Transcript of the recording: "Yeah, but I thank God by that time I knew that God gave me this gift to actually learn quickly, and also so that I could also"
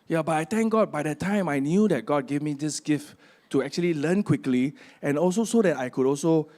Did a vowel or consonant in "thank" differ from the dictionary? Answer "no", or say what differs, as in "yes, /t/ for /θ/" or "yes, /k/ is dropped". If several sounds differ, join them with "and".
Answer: yes, /t/ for /θ/